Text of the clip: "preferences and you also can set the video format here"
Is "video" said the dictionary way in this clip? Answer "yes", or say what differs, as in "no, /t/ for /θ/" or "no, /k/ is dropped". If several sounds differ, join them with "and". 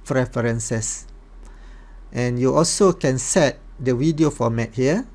no, /w/ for /v/